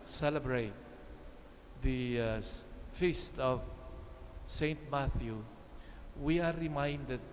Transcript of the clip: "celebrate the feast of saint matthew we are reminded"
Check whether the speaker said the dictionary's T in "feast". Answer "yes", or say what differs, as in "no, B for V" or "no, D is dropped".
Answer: yes